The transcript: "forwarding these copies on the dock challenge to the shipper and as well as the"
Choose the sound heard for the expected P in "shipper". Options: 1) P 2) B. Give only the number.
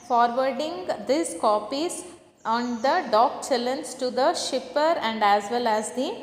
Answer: 1